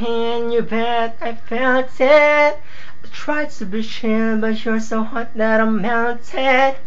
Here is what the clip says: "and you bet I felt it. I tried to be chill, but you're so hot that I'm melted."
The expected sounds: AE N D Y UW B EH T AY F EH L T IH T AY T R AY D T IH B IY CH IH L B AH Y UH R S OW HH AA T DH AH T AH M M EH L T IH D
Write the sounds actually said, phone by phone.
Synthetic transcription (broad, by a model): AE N Y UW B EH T AY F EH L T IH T T R AY D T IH B IY SH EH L B AH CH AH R S OW HH AA T DH AH T AH M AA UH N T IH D